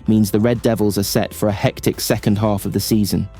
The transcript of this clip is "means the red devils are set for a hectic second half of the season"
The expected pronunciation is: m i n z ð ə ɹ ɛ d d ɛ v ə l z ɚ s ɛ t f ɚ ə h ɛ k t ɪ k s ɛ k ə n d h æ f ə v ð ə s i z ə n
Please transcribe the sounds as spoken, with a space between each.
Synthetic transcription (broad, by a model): m i n z ð ə ɹ ɛ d d ɛ v ə l z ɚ s ɛ t f ɚ ə h ɛ k t ɪ k s ɛ k ə n d h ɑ f ə v ð ə s i z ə n